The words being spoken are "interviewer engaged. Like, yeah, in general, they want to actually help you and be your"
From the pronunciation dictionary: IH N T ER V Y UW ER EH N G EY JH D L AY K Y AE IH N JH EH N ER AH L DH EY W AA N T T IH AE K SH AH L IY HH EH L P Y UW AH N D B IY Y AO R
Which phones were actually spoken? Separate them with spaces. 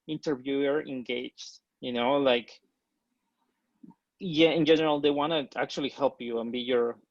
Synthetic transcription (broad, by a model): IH N T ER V Y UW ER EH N G EY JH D L AY K Y AE IH N JH EH N ER AH L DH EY W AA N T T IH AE K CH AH L IY HH EH L P Y UW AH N B IY Y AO R